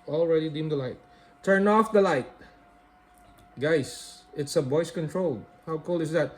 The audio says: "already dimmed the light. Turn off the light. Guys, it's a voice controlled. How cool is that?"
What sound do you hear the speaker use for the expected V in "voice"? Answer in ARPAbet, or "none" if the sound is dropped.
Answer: B